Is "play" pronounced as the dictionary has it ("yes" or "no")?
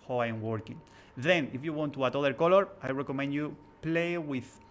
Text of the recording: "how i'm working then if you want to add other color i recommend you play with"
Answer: yes